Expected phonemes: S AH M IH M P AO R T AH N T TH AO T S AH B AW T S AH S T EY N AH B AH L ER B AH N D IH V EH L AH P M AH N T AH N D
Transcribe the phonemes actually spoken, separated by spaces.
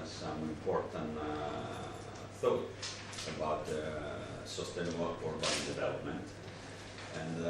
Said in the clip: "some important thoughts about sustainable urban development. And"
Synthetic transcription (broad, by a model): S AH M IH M P AO R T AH N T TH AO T AH B AW T S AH S T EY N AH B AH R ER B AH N D IH V EH L AH P M AH N T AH N